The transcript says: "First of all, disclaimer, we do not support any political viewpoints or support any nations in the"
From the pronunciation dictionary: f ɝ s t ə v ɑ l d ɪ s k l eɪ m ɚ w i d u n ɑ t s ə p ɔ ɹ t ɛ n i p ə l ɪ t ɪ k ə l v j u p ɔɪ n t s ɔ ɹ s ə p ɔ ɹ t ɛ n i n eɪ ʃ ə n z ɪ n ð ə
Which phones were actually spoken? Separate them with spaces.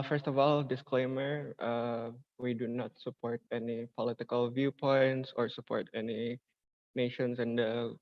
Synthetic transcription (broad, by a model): f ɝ s t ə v ɑ l d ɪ s k l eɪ m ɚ w i d u n ɑ t s ə p ɔ ɹ t ɛ n i p ə l ɪ t ɪ k ə l v j u p ɔɪ n t s ɔ ɹ s ə p ɔ ɹ t ɛ n i n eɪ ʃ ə n s ɪ n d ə